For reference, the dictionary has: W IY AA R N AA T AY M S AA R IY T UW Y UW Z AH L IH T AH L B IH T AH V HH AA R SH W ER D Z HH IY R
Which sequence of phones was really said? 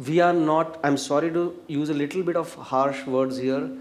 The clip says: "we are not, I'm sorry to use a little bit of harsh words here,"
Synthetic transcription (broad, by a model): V IY AA R N AA T AY M S AA R IY T UW Y UW Z AH L IH T AH L B IH T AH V HH AA R SH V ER D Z HH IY R